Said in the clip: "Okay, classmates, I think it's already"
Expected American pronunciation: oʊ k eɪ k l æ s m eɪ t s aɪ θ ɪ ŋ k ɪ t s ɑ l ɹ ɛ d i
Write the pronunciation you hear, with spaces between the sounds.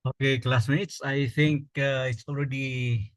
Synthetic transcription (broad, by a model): oʊ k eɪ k l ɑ s m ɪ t s aɪ t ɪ ŋ k ɪ t s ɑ l ɹ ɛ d i